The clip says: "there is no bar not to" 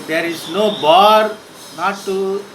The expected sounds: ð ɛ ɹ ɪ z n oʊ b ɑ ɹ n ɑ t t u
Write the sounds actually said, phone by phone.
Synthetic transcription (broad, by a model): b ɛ ɹ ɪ s n oʊ b ɑ ɹ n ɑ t t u